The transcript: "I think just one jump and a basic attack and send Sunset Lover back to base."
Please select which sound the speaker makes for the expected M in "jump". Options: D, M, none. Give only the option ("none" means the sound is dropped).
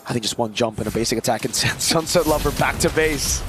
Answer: M